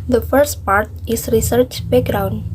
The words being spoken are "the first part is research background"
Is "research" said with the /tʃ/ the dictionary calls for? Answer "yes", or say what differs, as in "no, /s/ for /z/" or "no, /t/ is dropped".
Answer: yes